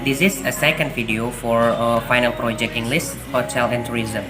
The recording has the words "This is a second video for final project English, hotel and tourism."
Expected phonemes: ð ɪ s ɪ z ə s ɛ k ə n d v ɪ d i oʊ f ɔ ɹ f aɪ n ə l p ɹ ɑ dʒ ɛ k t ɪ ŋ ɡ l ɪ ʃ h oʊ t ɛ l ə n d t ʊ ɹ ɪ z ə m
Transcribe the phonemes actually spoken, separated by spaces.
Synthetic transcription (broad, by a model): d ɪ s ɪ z ə s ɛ k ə n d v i d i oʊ f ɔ ɹ f aɪ n ə l p ɹ ɑ dʒ ɛ k t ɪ ŋ ɡ l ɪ s h oʊ t ɛ l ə n t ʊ ɹ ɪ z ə m